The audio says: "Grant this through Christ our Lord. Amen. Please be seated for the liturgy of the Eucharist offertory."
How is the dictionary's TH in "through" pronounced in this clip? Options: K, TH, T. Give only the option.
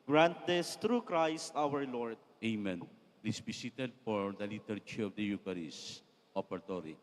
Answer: T